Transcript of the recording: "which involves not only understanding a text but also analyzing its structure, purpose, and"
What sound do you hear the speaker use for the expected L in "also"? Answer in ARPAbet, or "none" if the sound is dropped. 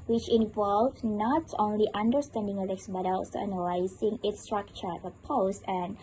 none